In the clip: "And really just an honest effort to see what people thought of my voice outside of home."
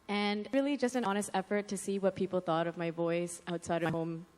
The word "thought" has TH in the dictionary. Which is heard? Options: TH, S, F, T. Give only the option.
TH